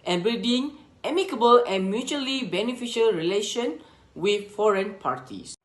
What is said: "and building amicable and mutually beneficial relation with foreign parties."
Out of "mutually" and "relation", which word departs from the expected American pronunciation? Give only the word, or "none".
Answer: none